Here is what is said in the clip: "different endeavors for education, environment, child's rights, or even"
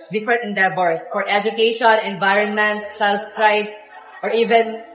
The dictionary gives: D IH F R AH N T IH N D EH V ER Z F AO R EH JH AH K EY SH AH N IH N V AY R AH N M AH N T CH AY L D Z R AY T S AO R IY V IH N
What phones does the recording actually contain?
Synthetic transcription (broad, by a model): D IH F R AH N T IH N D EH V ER S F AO R EH JH AH K EY SH AH N IH N V AY R AH N M AH N T S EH L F R AY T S AO R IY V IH N